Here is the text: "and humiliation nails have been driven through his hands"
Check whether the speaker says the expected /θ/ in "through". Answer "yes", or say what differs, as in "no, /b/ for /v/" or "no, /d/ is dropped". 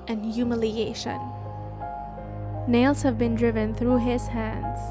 yes